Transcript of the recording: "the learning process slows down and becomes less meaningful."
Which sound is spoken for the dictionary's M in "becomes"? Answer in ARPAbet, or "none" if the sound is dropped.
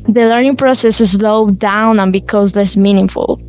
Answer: none